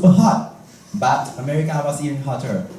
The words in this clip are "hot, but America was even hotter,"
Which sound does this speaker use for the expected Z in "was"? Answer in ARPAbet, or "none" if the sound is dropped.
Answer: S